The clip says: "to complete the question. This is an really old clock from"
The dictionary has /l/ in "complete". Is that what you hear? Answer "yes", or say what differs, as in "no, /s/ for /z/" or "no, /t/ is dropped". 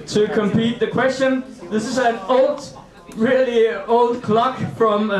no, /l/ is dropped